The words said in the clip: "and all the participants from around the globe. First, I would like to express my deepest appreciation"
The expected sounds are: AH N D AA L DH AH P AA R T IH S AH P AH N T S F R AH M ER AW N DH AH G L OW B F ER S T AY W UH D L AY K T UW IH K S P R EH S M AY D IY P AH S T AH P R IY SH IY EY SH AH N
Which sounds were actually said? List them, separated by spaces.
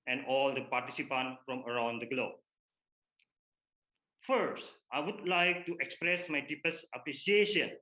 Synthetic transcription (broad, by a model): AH N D AA L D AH P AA R T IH S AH P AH N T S F R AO M ER AW N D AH G L OW B F ER S T AY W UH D L AY K T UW IH K S P R EH S M AY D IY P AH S AH P R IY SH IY EY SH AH N